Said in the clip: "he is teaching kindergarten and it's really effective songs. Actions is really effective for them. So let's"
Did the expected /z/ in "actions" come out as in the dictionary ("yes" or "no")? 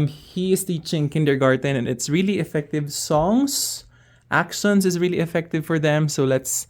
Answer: no